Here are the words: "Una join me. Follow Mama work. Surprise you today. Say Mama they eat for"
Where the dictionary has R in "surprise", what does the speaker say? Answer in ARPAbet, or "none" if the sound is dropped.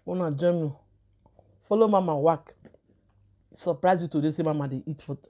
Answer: R